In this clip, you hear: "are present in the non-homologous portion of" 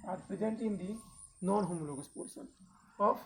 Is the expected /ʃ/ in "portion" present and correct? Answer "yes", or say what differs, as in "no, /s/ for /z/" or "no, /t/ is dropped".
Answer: no, /s/ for /ʃ/